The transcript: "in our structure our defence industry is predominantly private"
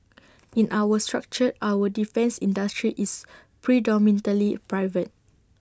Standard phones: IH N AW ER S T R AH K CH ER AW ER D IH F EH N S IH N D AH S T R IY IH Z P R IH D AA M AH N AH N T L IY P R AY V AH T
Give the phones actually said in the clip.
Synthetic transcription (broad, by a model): IH N AW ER S T R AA K CH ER AW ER D IH F EH N S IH N D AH S T R IY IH S P R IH D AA M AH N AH L IY P R AY V AH T